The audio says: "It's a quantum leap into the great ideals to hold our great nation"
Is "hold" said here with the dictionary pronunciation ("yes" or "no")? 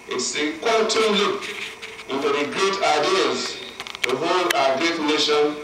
no